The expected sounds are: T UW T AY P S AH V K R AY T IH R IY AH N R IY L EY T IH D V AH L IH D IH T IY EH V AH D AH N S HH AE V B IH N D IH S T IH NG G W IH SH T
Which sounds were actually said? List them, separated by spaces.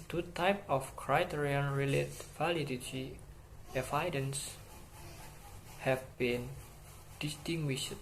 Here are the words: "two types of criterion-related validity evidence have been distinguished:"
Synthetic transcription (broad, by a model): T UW T AY P AH F K R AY T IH R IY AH N R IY L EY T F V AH L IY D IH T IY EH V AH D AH N S HH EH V B IH N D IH S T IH NG G W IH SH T